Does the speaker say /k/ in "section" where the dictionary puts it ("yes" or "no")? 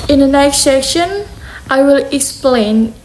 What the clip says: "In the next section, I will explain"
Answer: no